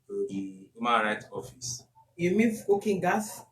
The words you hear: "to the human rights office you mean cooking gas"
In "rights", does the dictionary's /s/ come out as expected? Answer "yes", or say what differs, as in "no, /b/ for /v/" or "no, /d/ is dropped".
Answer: no, /s/ is dropped